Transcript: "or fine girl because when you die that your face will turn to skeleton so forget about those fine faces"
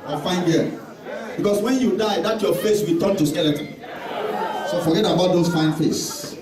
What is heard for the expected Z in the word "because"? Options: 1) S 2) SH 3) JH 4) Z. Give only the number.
1